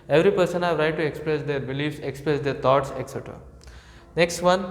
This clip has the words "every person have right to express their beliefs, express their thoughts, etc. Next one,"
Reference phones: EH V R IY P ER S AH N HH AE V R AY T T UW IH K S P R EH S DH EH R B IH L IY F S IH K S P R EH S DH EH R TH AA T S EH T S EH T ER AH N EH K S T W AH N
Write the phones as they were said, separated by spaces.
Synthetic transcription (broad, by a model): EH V R IY P ER S AH N HH AE V R AY T T UW IH K S P R EH S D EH R B IH L IY F S IH K S P R EH S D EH R T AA T S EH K S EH T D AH N EH K S T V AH N